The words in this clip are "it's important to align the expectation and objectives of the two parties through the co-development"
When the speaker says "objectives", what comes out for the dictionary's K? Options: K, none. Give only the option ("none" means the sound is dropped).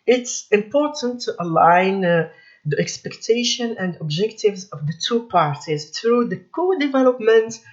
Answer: K